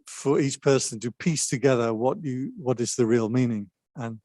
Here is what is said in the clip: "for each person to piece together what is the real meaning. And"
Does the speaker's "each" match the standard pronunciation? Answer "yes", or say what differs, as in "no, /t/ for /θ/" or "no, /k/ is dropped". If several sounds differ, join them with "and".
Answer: yes